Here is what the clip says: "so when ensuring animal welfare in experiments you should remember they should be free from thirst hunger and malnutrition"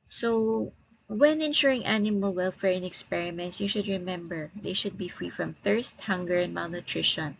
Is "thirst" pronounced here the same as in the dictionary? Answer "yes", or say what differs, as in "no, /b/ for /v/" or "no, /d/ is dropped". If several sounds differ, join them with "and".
yes